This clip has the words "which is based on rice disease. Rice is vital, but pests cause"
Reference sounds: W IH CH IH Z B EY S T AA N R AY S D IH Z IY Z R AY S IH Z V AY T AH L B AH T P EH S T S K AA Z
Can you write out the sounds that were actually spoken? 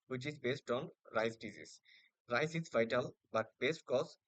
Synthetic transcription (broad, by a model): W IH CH IH Z B EY S T AA N R AY S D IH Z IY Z R AY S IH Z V AY T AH L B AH T B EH S T K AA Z